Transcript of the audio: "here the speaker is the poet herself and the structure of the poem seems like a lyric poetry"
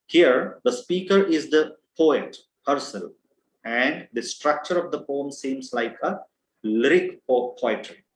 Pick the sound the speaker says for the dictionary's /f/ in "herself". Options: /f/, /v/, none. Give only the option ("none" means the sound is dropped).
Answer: none